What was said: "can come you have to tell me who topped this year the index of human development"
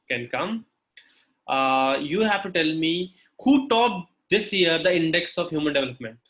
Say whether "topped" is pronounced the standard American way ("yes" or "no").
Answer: no